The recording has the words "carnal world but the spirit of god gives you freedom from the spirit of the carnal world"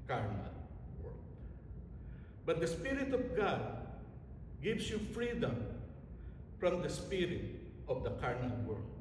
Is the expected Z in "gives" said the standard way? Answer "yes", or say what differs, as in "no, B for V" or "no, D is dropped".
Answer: no, S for Z